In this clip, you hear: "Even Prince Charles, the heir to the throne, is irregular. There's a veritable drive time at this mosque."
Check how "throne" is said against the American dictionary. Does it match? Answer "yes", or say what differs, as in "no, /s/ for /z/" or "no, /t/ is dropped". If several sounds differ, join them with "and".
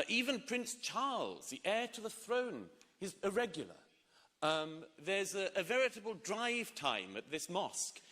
yes